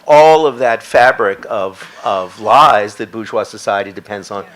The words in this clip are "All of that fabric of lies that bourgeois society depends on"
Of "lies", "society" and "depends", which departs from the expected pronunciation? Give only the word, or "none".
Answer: none